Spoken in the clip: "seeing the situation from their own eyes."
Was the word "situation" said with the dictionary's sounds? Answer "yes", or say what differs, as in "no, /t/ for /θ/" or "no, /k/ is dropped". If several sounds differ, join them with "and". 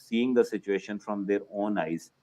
yes